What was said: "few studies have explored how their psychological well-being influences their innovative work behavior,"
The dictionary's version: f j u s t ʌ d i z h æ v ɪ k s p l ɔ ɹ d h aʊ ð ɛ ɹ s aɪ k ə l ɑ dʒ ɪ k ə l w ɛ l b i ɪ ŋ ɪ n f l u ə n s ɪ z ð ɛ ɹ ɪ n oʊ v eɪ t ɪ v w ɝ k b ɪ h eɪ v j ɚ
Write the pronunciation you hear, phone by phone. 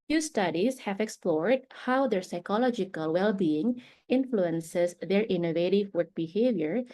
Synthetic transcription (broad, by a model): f j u s t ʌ d i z h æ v ɪ k s p l ɔ ɹ d h aʊ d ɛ ɹ s aɪ k ə l ɑ dʒ ɪ k ə l w ɛ l b i ɪ ŋ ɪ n f l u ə n s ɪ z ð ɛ ɹ ɪ n oʊ v eɪ t ɪ v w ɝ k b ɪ h eɪ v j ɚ